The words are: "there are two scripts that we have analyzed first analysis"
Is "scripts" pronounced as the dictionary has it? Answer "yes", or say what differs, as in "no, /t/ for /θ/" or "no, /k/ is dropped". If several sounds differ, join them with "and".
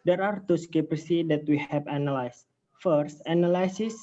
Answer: no, /ɹ/ is dropped